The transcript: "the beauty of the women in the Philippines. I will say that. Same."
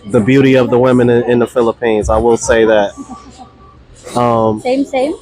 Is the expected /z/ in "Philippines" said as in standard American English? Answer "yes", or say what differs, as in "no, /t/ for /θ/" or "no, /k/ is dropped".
yes